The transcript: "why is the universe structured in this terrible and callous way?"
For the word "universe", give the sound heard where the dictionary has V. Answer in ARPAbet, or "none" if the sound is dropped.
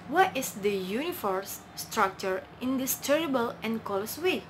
F